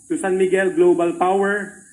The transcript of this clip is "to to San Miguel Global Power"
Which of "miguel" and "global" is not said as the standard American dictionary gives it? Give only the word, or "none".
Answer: none